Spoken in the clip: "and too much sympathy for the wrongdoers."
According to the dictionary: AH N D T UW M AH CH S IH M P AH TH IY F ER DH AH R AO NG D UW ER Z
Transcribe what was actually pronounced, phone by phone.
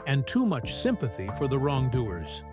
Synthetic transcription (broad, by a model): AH N T UW M AH CH S IH M P AH TH IY F ER DH AH R AO NG D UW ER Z